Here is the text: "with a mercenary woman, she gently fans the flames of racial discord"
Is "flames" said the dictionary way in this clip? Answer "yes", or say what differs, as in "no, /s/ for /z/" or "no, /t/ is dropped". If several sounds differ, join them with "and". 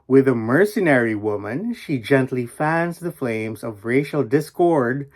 yes